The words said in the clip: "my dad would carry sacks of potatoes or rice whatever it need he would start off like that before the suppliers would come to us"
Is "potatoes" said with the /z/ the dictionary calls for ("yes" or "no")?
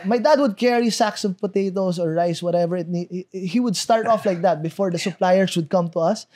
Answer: no